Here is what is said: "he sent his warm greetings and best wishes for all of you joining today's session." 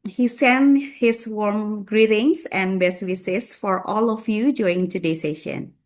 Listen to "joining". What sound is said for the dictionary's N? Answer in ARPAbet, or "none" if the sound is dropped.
none